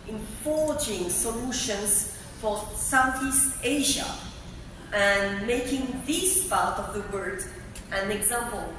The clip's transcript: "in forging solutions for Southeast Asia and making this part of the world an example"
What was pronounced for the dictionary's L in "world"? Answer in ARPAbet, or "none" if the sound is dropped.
none